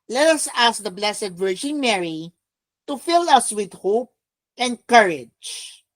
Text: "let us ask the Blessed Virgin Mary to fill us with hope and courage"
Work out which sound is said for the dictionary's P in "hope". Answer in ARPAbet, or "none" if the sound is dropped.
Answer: P